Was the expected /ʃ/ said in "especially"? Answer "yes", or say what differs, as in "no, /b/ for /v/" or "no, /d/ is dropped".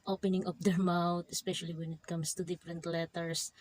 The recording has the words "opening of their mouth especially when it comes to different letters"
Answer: yes